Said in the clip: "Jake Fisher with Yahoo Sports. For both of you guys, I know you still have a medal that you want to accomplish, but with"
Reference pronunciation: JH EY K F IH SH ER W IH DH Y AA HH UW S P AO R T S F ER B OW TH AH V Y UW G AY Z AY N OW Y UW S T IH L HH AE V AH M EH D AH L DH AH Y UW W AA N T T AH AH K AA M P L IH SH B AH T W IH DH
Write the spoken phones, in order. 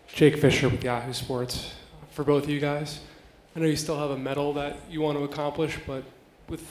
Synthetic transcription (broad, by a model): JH EY K F IH SH ER W IH DH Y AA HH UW S P AO R T S F ER B OW TH AH V Y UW G AY Z AY N OW Y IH S T IH L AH V AH M EH D L DH AH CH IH W AA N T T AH AH K AA M P L IH SH B AH T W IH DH